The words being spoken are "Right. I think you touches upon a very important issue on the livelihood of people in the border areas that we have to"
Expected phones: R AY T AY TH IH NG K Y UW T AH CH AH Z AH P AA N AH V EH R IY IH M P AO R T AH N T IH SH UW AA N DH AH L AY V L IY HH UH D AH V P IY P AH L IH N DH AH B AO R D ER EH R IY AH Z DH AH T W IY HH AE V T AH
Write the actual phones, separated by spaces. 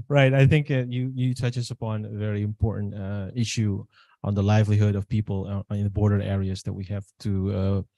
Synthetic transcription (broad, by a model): R AY T AY TH IH NG K Y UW T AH CH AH S AH P AA N AH V EH R IY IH M P AO R T N T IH SH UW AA N DH AH L AY V L IY HH UH D AH V P IY P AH L IH N DH AH B AO R D ER EH R IY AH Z DH AH T W IY HH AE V T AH